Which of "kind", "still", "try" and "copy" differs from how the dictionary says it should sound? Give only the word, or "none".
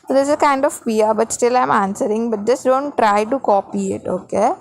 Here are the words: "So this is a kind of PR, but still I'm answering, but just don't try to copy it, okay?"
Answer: none